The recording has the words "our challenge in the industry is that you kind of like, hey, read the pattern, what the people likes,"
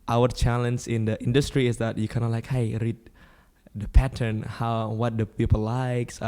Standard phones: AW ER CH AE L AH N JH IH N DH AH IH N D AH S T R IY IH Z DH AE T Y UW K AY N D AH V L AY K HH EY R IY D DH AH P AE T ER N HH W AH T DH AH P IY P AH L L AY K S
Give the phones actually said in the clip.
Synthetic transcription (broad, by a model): AW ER CH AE L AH N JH IH N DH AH IH N D AH S T R IY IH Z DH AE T Y UW K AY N AH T L AY K HH EY R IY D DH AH P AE T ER N HH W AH T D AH P IY P AH L L AY K S